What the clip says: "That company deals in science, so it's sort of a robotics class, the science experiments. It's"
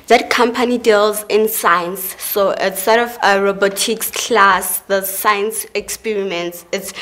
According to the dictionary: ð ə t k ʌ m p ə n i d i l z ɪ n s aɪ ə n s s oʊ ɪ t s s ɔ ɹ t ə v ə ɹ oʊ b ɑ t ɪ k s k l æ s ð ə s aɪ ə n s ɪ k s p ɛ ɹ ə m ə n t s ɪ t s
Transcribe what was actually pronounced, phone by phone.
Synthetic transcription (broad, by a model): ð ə t k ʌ m p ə n i d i l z ɪ n s aɪ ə n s s oʊ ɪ t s s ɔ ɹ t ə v ə ɹ oʊ b ɑ t ɪ k s k l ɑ s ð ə s aɪ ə n s ɪ k s p ɛ ɹ ə m ə n t s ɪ t s